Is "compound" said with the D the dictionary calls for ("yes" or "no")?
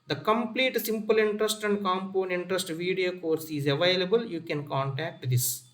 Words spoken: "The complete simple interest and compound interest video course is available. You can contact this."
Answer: no